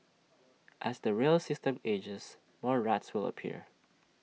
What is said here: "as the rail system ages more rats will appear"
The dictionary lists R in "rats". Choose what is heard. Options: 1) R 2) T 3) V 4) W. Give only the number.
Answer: 1